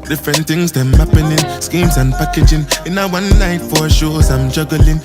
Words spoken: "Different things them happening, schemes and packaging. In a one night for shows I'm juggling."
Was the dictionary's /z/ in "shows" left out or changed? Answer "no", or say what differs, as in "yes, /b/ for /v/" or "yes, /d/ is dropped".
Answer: yes, /s/ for /z/